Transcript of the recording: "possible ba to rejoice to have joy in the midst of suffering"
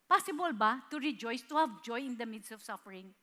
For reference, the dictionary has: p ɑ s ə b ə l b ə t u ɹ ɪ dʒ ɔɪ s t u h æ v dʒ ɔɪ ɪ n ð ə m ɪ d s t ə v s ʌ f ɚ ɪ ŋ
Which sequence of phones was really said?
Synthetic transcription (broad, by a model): p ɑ s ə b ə l b ə t u ɹ ɪ dʒ ɔɪ s t u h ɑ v dʒ ɔɪ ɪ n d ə m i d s ə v s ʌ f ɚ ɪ ŋ